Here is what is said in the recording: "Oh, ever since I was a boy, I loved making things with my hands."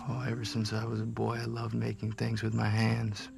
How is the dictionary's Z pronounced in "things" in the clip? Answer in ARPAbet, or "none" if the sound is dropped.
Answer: Z